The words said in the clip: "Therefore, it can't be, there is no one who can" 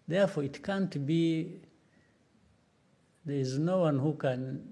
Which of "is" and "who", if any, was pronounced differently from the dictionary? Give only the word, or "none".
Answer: none